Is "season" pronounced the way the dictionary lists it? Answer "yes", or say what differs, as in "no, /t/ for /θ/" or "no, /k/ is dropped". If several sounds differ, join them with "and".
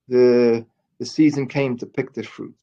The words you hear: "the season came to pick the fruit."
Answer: yes